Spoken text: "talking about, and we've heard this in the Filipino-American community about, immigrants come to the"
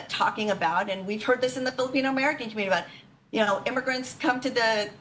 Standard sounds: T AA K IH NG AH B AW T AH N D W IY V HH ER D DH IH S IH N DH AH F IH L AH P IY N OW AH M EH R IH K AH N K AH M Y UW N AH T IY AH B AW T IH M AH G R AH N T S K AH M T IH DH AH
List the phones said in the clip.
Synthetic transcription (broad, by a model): T AA K IH NG AH B AW T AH N W IY V HH ER D DH IH S IH N DH AH F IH L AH P IY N OW AH M EH R IH K AH N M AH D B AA AH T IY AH UH T IH M AH G R AH N T S K AH M T IH DH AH